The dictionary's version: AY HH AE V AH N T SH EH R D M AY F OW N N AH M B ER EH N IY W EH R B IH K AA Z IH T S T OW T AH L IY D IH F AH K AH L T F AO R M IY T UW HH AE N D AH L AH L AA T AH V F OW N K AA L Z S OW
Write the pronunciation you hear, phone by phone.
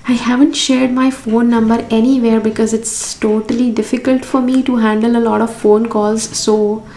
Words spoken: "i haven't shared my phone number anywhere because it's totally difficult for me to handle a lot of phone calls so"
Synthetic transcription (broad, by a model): AY HH AE V AH N T SH EH R D M AY F OW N N AH M B ER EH N IY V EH R B IH K AA Z IH T S T OW T AH L IY D IH F AH K AH L T F AO R M IY T UW HH AE N D AH L AH L AA T AH V F OW N K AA L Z S OW